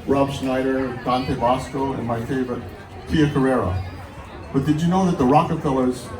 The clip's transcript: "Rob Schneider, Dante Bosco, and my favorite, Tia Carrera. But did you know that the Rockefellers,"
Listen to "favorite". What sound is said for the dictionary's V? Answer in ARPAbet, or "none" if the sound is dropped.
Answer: V